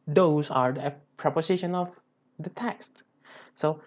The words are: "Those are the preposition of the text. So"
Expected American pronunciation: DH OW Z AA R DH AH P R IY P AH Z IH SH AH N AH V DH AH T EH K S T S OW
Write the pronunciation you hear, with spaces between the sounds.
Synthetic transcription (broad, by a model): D OW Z AA R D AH P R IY P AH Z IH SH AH N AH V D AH T EH K S T S OW